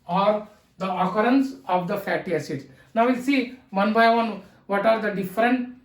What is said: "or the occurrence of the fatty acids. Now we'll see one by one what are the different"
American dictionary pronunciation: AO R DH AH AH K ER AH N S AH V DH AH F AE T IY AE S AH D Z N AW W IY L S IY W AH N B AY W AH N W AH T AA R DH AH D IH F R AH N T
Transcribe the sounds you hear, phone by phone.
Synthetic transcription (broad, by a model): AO R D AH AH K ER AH N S AH V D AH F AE T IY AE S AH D N AW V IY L S IY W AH N B AY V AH N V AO T AA R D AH D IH F R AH N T